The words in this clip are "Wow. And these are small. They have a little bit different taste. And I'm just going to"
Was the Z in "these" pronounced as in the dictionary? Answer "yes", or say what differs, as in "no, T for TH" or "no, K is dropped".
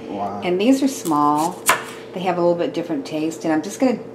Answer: yes